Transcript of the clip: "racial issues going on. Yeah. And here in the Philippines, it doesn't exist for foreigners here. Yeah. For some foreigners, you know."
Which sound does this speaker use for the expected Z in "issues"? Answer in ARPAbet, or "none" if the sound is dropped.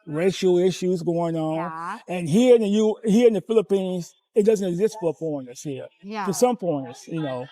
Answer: Z